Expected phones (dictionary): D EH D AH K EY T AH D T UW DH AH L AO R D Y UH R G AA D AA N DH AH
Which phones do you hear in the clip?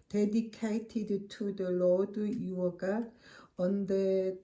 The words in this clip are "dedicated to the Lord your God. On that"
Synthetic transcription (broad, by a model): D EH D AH K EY T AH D T UW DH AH L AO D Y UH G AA AA N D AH